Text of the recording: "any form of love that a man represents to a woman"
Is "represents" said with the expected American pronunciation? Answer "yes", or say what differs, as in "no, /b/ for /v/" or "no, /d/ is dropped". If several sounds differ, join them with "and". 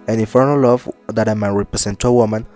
no, /s/ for /z/